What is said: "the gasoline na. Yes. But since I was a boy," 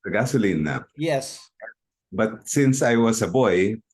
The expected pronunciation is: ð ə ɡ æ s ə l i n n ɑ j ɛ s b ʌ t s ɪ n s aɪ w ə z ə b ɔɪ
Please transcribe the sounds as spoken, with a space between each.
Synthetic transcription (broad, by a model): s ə ɡ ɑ s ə l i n n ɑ j ɛ s b ʌ t s ɪ n s aɪ w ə s ə b ɔɪ